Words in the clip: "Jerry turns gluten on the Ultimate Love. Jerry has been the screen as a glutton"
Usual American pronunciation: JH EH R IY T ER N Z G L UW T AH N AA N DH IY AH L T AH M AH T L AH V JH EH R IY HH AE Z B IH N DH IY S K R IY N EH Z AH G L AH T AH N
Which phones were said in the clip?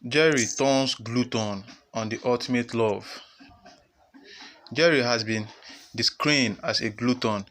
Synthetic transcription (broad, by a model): JH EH R IY T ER N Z G L UW T AH N AA N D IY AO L T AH M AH T L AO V JH EH R IY HH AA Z B IH N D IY S K R IY N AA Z AH G L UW T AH N